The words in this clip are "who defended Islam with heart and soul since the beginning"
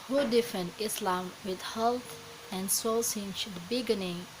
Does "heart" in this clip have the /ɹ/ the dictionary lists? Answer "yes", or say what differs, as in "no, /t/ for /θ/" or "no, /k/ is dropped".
no, /l/ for /ɹ/